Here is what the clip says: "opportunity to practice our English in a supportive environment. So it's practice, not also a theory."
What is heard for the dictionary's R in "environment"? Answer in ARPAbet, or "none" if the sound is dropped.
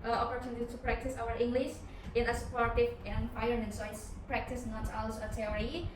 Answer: none